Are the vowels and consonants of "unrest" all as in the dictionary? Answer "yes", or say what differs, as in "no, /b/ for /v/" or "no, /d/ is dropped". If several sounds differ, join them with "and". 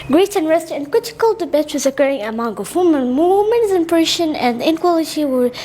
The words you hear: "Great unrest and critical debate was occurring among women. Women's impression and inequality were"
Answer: yes